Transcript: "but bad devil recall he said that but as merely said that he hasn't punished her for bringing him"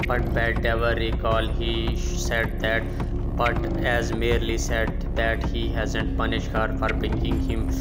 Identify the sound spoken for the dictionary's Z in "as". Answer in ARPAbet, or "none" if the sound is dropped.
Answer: Z